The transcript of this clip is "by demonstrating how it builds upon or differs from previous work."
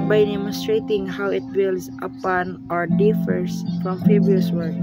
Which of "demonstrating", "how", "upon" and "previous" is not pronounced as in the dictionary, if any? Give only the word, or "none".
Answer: previous